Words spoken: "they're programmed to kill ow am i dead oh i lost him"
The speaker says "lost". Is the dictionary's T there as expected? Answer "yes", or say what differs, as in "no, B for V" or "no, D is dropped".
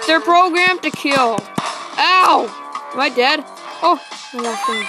no, T is dropped